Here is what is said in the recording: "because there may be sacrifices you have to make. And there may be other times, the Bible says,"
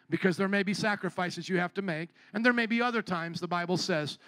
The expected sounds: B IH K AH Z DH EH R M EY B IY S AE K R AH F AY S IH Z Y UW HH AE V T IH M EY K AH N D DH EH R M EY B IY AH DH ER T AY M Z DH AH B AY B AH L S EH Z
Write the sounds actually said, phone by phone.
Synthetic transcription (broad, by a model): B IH K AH Z DH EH R M EY B IY S AE K R AH F AY S IH Z Y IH HH AE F T IH M EY K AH N DH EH R M EY B IY AH DH ER T AY M Z DH AH B AY B L S EH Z